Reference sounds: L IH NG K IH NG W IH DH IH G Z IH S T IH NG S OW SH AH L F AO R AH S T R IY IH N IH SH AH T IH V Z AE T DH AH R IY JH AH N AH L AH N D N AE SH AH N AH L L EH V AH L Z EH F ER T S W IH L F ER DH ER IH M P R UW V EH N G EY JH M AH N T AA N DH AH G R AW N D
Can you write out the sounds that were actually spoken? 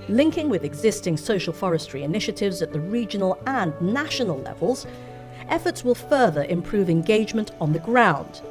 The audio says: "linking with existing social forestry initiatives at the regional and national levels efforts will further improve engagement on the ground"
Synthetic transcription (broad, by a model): L IH NG K IH NG W IH DH IH G Z IH S T IH NG S OW SH AH L F AO R AH S T R IY IH N IH SH AH T IH V Z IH T DH AH R IY JH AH N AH L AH N N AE SH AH N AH L L EH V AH L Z EH F ER T S W IH L F ER DH ER IH M P R UW V EH N G EY JH M AH N T N DH AH G R AW N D